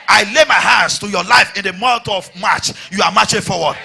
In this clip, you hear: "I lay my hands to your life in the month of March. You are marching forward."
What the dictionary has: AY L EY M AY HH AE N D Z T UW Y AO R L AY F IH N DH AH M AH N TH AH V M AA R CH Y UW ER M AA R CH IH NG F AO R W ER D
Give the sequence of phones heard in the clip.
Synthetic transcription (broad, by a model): AY L EY M AY HH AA N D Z T UW Y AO L AY F IH N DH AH M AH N T AH V M AA CH Y UW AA M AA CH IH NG F AO W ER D